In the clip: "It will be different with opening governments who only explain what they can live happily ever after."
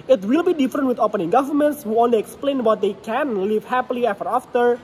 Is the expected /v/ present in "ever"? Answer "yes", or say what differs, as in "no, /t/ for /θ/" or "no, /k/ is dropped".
no, /f/ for /v/